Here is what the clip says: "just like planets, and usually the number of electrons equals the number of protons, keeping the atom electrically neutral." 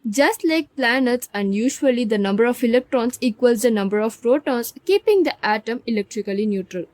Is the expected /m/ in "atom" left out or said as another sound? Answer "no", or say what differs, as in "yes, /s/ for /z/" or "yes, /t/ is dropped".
no